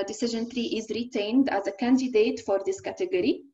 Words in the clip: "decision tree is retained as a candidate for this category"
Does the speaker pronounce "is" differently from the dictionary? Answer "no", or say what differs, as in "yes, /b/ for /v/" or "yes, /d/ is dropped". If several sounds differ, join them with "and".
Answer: no